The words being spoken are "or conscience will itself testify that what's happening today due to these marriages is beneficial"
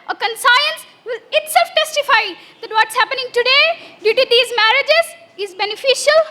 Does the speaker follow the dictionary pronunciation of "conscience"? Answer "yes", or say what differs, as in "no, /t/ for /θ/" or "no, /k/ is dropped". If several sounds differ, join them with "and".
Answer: no, /s/ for /ʃ/